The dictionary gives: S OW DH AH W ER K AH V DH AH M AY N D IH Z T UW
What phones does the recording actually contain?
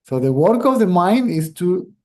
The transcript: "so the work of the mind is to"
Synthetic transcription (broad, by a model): S OW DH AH W ER K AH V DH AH M AY N D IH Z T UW